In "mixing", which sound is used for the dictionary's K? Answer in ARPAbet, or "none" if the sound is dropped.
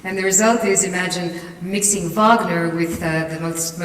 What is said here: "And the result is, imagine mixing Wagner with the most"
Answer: K